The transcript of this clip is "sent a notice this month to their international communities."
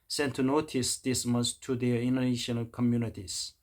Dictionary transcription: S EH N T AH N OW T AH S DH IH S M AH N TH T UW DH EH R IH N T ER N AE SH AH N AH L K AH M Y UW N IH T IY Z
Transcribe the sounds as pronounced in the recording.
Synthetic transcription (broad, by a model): S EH N T AH N OW T AH S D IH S M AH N S T UW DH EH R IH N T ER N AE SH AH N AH L K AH M Y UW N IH T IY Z